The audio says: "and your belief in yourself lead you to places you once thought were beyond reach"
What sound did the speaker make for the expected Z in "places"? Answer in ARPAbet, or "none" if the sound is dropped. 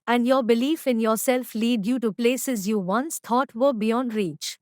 Z